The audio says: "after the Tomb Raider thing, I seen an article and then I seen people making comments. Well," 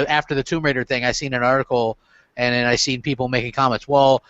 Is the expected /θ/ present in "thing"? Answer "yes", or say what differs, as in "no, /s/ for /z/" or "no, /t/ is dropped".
yes